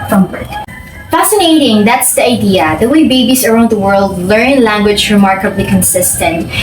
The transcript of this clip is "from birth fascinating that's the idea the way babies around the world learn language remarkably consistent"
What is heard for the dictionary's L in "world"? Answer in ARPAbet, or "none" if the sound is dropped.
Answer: L